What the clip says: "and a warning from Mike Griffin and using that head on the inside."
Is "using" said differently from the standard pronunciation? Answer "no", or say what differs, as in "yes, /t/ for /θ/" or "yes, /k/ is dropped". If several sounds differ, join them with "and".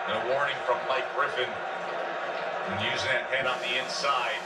no